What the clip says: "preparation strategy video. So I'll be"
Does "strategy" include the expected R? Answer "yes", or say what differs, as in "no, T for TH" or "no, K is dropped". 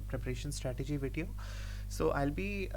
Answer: yes